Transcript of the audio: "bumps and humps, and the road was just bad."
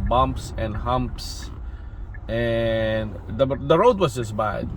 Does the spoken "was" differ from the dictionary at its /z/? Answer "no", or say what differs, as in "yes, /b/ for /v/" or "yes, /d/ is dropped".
yes, /s/ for /z/